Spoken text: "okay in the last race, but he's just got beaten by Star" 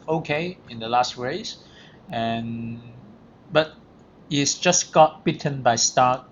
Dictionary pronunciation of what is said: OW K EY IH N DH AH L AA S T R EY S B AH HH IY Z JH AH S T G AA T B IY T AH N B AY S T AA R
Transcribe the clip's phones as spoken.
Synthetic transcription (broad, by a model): OW K EY IH N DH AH L AA S T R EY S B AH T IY S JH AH S G AA T B IY T AH N B AY S T AA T